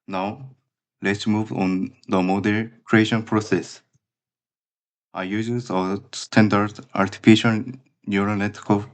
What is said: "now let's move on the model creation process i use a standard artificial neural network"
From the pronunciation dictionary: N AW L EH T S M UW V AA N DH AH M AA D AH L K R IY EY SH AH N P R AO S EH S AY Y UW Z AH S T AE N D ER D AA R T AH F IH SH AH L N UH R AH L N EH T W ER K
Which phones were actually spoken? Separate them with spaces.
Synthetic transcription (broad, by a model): N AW L EH T S M UW V AA N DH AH M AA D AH N K R IY EY SH AH N P R AO S EH S AY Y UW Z AH S T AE N D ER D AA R T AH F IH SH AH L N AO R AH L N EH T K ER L